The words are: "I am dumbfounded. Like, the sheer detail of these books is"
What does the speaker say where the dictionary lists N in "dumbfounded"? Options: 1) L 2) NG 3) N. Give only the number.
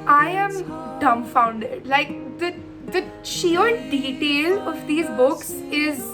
3